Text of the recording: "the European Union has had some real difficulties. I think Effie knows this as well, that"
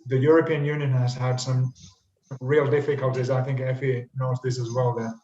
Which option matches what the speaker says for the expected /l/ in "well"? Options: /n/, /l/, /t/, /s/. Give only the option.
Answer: /l/